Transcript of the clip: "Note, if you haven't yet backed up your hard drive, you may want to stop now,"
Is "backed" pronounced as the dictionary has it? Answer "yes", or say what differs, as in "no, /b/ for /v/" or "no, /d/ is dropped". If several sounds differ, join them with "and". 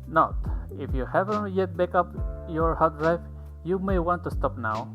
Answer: no, /t/ is dropped